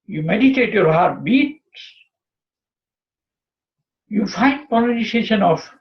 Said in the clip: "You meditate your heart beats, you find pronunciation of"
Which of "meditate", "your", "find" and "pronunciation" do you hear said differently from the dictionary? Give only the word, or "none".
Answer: pronunciation